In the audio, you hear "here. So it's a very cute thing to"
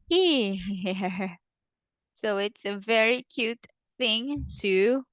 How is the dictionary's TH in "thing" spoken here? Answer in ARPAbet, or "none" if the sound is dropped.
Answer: TH